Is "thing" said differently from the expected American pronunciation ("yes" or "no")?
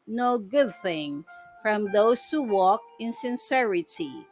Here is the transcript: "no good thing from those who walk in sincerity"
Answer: no